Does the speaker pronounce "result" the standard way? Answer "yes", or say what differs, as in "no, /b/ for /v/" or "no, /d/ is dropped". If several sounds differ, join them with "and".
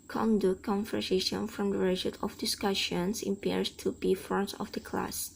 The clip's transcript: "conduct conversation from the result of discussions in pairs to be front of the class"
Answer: no, /l/ is dropped